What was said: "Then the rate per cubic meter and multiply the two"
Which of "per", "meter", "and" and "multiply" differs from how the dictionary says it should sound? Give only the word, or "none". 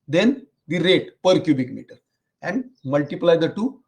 none